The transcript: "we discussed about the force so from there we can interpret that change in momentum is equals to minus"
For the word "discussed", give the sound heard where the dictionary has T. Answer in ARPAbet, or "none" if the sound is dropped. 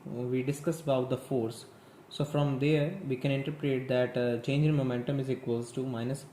none